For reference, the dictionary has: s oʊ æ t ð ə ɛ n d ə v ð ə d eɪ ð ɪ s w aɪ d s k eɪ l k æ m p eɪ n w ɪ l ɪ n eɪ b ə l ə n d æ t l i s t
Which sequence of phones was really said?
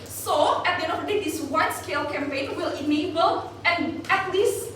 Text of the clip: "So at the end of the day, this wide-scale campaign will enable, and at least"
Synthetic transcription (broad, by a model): s oʊ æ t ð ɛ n ə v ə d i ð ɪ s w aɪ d s k eɪ l k æ m p eɪ n w ɪ l ɪ n eɪ b ə l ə n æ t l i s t